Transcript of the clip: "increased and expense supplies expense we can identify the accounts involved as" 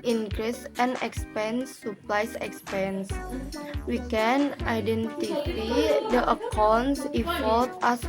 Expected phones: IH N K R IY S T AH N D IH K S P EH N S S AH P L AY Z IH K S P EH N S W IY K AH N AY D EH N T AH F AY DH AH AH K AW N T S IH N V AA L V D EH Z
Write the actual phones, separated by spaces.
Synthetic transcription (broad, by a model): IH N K R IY S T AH N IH K S P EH N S S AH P L AY S IH K S P EH N S W IY K AH N AY D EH N T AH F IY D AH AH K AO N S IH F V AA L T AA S